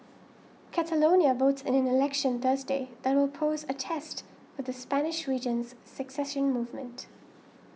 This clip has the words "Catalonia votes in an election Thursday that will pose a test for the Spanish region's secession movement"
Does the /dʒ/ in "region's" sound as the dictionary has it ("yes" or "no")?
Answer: yes